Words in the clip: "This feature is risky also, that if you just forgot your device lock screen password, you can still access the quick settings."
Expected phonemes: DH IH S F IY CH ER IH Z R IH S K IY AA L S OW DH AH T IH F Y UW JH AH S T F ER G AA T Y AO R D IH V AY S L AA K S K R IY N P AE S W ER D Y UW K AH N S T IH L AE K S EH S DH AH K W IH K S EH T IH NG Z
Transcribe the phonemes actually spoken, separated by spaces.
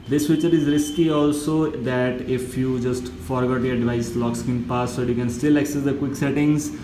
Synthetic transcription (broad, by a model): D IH S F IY CH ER IH Z R IH S K IY AA L S OW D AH T IH F Y UW JH AH S T F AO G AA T Y AO R D IH V AY S L AA K S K IY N P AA S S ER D Y UW K AH N S T IH L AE K S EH S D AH K W IH K S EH T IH NG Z